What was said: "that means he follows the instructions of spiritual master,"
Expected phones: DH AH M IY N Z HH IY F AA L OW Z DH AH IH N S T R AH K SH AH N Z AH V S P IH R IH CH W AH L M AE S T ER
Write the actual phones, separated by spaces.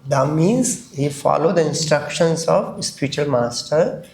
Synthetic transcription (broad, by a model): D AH M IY Z HH IY F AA L OW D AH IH N S T R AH K SH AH N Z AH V S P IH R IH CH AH L M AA S T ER